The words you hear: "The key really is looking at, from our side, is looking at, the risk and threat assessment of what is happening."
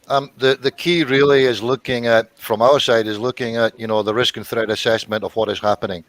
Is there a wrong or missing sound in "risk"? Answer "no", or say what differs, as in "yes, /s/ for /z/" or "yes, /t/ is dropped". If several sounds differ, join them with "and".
no